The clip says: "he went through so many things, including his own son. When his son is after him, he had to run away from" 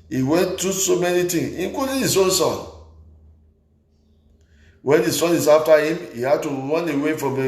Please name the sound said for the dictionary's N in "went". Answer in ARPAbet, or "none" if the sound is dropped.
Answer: N